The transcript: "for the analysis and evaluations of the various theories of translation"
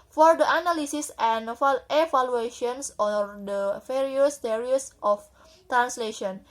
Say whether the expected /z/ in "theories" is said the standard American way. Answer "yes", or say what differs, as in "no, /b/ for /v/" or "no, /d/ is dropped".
no, /s/ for /z/